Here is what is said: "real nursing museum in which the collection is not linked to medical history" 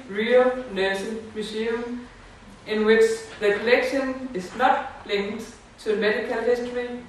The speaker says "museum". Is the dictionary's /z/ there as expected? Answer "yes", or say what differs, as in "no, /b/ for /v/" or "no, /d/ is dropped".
no, /s/ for /z/